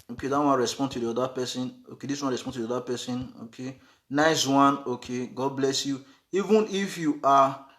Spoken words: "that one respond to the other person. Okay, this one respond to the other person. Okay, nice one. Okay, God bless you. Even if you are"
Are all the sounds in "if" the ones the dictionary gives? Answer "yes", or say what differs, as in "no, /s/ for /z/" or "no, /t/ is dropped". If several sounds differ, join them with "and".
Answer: yes